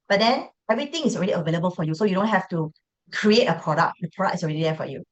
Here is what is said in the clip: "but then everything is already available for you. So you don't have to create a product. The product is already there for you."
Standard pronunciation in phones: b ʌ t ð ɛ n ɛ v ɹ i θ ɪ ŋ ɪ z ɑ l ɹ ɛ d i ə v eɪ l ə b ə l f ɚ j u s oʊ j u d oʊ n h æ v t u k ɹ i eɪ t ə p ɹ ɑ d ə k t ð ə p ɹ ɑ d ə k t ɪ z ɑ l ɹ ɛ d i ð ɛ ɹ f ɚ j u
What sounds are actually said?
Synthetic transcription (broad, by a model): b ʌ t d ɛ n ɛ v ɹ i t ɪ ŋ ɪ s ɑ l ɹ ɛ d i ə v eɪ l ə b ə l f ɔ j u s oʊ j u d oʊ n h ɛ f t u k ɹ i eɪ t ə p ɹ ɑ d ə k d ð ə p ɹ ɑ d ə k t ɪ s ɑ l ɹ ɛ d i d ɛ f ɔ j u